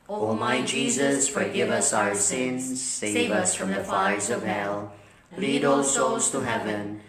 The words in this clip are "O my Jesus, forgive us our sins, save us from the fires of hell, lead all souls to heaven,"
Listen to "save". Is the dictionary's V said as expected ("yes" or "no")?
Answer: yes